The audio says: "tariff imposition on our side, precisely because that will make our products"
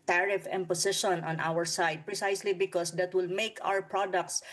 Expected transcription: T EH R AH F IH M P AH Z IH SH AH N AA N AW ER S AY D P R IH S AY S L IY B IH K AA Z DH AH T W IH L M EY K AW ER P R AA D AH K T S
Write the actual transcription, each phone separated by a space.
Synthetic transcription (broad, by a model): T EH R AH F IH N P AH S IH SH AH N AA N AW ER S AY D P R IH S AY S L IY B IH K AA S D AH T W IH L M EY K AW ER P R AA D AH K T S